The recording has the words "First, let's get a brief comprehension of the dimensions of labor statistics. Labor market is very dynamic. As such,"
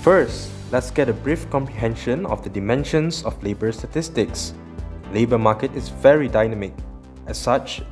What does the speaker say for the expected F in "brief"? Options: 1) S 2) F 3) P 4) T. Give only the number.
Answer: 2